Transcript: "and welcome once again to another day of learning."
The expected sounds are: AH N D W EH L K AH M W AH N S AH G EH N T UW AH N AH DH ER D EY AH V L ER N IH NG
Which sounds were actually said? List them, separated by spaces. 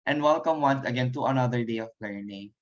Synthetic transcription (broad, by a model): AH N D W EH L K AH M W AH N S AH G EH N T UW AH N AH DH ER D EY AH P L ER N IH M